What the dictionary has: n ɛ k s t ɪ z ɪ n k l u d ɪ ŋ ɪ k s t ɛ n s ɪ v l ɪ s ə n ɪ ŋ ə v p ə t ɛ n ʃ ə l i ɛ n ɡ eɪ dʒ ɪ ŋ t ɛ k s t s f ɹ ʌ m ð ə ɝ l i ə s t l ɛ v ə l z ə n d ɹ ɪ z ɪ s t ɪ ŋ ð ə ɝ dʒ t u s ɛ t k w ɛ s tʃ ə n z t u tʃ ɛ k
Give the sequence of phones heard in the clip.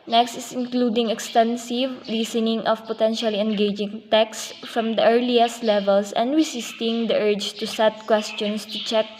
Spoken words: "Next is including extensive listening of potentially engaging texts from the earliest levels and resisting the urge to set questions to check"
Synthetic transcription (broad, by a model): n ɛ k s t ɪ s ɪ n k l u d ɪ ŋ ɪ k s t ɛ n s ɪ v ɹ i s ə n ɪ ŋ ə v p ə t ɛ n ʃ ə l i ɛ n ɡ eɪ dʒ ɪ ŋ t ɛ k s s f ɹ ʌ m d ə ɝ l i ə s t l ɛ v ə l s ə n d ɹ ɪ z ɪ s t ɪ ŋ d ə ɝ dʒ t u s ɛ t k w ɛ s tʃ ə n s t u tʃ ɛ k